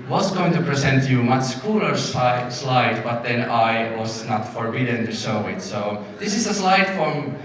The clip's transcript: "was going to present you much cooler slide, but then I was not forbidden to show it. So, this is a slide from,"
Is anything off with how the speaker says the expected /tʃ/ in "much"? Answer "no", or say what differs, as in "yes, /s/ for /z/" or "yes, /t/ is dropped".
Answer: yes, /s/ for /tʃ/